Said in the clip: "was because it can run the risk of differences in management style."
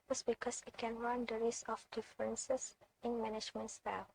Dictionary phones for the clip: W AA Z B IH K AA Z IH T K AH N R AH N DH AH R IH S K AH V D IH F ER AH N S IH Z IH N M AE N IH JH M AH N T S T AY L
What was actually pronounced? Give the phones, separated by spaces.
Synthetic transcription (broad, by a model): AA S B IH K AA S IH T K AH N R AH N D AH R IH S AH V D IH F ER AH N S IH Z IH N M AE N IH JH M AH N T S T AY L